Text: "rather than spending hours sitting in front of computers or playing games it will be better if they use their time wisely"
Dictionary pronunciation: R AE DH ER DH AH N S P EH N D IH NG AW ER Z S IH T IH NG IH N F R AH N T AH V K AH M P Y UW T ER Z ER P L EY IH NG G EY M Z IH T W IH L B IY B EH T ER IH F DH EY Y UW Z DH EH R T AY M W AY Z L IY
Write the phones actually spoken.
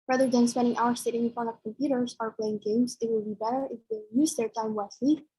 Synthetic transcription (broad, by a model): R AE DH ER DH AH N S P EH N D IH NG AW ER S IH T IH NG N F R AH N AH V K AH M P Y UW T ER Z ER P L EY IH NG G EY M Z IH T W IH L B IY B EH T ER IH F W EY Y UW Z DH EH R T AY M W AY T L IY